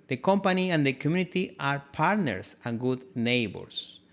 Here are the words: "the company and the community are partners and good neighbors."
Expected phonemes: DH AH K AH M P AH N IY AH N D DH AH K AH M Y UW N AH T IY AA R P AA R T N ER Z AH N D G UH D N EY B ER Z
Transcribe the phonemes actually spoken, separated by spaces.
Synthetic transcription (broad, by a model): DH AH K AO M P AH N IY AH N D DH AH K AH M Y UW N AH T IY AA R P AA R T N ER S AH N G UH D N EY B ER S